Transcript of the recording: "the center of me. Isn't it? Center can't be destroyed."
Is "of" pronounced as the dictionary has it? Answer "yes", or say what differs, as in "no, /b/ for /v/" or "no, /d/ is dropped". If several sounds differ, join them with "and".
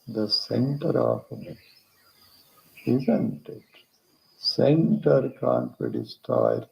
no, /p/ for /v/